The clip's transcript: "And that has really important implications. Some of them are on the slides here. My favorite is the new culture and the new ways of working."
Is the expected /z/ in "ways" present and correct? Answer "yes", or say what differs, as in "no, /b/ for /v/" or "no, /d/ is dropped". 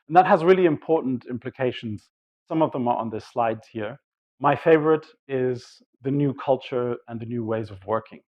yes